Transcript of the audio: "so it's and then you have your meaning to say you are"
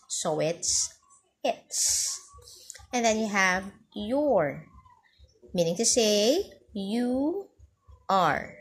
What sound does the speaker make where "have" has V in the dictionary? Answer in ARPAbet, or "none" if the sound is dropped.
V